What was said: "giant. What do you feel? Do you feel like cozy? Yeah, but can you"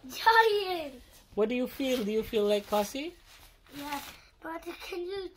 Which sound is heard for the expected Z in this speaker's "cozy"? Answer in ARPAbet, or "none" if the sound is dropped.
S